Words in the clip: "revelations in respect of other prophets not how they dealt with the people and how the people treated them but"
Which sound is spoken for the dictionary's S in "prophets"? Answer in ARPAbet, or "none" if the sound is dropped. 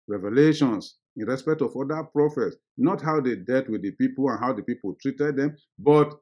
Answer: S